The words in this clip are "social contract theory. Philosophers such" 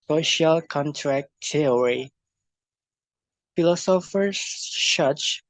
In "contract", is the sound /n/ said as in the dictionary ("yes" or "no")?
yes